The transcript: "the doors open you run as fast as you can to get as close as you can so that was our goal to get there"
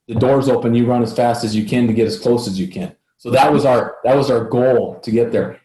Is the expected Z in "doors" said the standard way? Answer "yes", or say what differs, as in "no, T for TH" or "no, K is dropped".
yes